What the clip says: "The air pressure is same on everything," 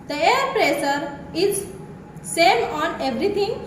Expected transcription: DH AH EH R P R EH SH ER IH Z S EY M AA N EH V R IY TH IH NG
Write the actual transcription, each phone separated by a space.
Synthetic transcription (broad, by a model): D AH EH R P R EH S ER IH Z S EY M AA N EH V R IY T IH NG